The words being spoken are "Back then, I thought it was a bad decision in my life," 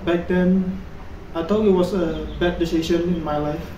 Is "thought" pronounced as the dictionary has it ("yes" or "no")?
no